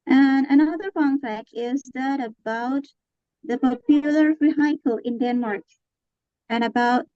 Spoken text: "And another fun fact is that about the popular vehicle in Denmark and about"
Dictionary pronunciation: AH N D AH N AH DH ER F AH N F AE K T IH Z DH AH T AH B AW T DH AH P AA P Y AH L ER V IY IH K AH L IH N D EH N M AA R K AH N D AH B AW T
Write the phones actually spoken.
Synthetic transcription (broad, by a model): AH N AH N AH DH ER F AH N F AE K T IH Z DH AH T AH B AW T DH AH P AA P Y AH L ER F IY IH K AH L IH N D EH N M AA R K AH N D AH B AW T